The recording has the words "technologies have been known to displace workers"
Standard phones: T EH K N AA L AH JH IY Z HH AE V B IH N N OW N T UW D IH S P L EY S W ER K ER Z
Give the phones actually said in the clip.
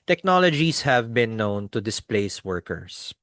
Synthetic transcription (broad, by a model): T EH K N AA L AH JH IY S HH AE V B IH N N OW N T UW D IH S P L EY S W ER K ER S